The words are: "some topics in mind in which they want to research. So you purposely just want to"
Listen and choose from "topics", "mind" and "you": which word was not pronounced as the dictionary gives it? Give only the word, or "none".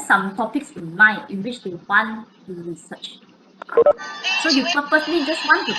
mind